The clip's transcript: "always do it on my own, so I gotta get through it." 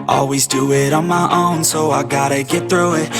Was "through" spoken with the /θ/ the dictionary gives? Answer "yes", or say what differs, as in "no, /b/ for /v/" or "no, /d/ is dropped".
yes